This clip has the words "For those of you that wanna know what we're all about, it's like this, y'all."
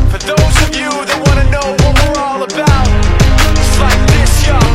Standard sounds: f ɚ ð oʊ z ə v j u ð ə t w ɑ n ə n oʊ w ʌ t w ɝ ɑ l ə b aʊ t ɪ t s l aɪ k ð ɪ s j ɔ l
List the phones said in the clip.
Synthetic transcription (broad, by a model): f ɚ ð oʊ z ə v j u ð ə t w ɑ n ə n oʊ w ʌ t w ɝ ɑ l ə b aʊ ɪ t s l aɪ k ð ɪ s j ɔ